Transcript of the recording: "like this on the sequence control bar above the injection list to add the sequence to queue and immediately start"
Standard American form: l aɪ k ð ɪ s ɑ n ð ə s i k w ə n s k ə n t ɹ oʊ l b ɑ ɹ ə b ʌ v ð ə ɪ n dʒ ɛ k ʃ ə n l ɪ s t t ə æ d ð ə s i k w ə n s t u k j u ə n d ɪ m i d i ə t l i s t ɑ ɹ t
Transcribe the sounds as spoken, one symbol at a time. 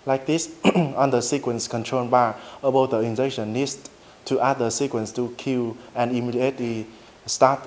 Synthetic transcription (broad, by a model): l aɪ k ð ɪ s ɑ n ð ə s i k w ə n s k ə n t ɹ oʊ n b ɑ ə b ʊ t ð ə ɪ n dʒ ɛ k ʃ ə n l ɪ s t t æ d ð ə s i k w ə n s t u k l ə n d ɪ m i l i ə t l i s t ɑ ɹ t